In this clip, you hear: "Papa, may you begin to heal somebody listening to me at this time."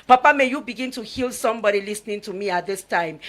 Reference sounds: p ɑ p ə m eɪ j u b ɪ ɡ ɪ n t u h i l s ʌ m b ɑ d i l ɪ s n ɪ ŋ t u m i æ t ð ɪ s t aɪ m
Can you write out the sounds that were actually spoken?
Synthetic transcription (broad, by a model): p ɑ p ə m eɪ j u b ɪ ɡ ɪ n t u h i l s ʌ m b ɑ d i l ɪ s n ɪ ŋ t u m i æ t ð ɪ s t aɪ m